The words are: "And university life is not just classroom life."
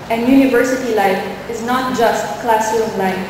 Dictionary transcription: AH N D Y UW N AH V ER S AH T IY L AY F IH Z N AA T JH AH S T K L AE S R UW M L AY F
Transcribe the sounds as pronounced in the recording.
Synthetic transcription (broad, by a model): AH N Y UW N AH V ER S AH T IY L AY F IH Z N AA T JH AH S T K L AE S UW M L AY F